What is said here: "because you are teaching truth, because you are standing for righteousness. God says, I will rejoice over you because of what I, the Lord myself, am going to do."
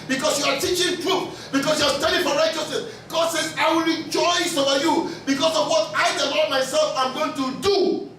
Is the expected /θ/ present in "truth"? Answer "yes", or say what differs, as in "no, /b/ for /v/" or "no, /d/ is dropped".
no, /f/ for /θ/